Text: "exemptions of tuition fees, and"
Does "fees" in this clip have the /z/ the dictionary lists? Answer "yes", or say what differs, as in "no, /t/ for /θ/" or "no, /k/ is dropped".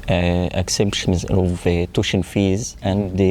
yes